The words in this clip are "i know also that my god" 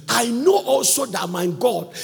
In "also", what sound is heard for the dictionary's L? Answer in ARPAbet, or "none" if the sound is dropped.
L